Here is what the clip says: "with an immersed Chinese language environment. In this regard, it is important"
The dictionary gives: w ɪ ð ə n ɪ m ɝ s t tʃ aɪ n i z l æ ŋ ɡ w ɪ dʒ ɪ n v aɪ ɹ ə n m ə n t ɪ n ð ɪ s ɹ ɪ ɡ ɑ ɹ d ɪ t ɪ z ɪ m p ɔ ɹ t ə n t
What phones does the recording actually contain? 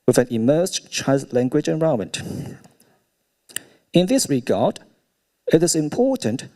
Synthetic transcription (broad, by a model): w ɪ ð ə n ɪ m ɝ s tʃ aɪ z l æ ŋ ɡ w ɪ dʒ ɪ n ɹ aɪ ə m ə n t ɪ n ð ɪ s ɹ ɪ ɡ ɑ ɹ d ɪ t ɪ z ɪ m p ɔ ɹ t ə n t